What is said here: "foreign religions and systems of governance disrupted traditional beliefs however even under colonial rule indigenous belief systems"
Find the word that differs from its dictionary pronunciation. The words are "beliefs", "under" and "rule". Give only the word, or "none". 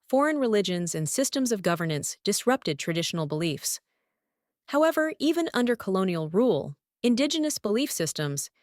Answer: none